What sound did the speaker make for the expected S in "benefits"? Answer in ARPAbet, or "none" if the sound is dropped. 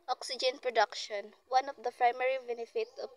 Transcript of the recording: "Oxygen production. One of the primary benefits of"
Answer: none